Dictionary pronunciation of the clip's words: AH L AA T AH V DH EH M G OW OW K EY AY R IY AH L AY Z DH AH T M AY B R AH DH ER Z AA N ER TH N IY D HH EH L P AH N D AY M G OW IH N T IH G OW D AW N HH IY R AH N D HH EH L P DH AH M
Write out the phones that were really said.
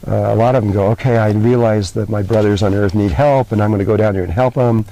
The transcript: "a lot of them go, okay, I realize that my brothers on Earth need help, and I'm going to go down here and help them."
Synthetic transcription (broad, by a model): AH L AA T AH V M G OW OW K EY AY R IY AH L AY Z DH AH T M AY B R AH DH ER Z N ER TH N IY D HH EH L P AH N AY M G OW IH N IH G OW D AW N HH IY R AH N HH EH L P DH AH M